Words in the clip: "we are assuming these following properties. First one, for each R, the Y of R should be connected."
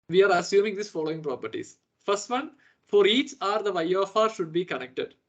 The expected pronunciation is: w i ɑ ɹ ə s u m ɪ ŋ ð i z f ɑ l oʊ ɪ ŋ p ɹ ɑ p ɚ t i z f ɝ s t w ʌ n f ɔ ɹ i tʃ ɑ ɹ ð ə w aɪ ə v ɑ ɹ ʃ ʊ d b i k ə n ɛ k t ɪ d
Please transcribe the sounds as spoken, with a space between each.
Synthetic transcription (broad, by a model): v i ɑ ɹ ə s u m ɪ ŋ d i s f ɑ l oʊ ɪ ŋ p ɹ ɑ p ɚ t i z f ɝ s t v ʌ n f ɔ ɹ i tʃ ɑ ɹ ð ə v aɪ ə f ɑ ɹ ʃ ʊ d b i k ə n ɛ k t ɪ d